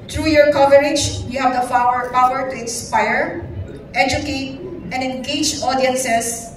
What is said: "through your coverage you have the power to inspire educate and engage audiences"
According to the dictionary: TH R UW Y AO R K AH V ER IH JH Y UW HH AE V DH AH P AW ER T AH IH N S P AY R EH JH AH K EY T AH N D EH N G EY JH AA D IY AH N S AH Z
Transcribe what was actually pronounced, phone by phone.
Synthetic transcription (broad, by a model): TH R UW Y AO R K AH V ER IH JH Y UW HH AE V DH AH F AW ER T AH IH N S P AY R EH JH AH K EY T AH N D EH N G EY JH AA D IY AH N S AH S